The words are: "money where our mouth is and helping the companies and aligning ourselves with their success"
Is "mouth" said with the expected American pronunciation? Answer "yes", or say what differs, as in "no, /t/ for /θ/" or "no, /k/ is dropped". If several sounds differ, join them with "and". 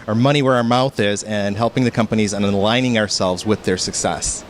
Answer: yes